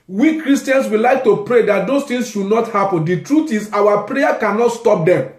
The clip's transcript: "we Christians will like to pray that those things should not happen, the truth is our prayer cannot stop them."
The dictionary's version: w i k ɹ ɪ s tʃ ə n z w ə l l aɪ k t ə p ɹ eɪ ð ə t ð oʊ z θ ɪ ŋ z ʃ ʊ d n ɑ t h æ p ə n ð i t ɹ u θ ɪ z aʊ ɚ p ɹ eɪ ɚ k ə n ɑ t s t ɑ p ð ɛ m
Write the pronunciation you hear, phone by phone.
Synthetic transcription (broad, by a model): w i k ɹ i s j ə n s w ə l l aɪ k t ə p ɹ eɪ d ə t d oʊ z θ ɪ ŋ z ʃ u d n ɑ t h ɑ p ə n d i t ɹ u t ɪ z aʊ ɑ p ɹ eɪ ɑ k ə n ɑ t s t ɑ p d ɛ m